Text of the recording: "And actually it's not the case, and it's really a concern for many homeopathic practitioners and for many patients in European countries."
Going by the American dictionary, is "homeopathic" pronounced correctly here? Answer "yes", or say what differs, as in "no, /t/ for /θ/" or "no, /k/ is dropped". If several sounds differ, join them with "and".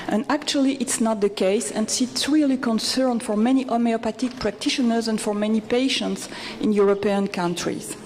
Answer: no, /t/ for /θ/